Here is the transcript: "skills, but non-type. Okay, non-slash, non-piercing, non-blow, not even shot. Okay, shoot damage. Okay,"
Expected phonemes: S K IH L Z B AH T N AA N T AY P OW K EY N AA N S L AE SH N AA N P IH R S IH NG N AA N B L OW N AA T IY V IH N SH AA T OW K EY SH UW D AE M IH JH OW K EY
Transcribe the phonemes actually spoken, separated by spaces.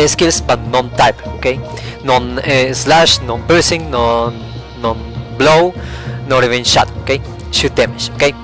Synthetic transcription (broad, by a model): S K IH L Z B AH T N AA N T AY P OW K EY N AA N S L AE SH N AA N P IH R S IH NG N AA N B L OW N AA T IY V IH N SH AA T OW K EY SH UW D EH M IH SH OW K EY